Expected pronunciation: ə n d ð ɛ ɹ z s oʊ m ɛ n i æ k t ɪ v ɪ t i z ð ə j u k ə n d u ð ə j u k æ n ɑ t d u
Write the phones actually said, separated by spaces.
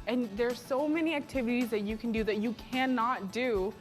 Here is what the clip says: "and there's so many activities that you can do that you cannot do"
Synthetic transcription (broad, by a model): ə n ð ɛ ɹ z s oʊ m ɛ n i æ k t ɪ v ɪ t i z ð ə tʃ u k n d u ð ə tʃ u k æ n ɑ t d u